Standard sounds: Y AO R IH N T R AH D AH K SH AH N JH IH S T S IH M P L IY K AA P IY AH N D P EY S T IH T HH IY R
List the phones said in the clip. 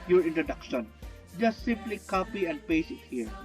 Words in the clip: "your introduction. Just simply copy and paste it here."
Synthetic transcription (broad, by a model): Y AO R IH N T R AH D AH K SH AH N JH IH S T S IH M P L IY K AA P IY AH N D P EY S IH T HH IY R